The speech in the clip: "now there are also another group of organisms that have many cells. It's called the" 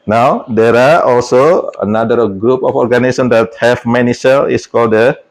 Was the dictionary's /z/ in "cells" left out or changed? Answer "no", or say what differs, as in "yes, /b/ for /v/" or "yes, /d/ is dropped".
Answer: yes, /z/ is dropped